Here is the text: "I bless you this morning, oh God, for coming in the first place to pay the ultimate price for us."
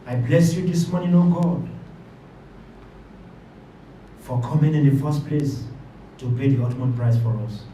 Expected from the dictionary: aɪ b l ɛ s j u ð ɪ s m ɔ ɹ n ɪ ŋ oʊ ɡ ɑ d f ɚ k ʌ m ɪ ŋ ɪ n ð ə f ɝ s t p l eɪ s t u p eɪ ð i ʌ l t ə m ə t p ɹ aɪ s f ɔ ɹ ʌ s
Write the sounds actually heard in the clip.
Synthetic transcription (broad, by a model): aɪ b l ɛ s j u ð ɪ s m ɔ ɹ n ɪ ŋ oʊ ɡ ɑ d f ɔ k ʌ m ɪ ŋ ɪ n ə f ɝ s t p l eɪ s t u p eɪ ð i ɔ t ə m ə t p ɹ aɪ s f ɔ ɹ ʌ s